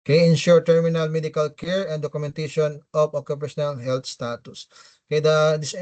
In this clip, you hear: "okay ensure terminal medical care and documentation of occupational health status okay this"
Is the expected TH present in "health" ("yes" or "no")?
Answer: no